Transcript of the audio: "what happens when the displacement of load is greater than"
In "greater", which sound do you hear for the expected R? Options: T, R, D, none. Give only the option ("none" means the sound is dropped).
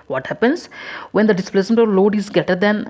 none